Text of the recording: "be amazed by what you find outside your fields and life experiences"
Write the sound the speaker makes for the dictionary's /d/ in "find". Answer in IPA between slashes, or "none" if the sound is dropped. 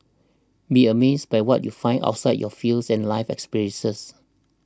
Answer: none